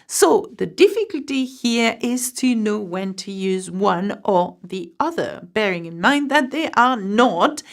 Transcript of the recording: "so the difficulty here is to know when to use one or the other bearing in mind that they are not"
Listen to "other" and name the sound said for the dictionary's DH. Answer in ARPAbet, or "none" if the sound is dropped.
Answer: DH